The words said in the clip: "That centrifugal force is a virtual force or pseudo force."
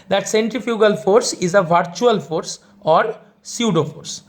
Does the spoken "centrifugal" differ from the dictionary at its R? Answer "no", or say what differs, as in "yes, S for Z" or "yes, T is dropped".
no